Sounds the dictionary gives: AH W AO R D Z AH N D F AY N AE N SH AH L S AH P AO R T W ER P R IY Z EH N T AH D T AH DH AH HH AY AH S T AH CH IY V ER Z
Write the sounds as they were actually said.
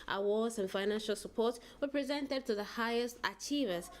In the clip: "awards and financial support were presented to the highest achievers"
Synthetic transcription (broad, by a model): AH W AO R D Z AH N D F AY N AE N SH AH L S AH P AO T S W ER P R IY Z EH N T AH D T AH DH AH HH AY AH S T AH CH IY V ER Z